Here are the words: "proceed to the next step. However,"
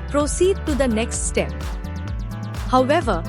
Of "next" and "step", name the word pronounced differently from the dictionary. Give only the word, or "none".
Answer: none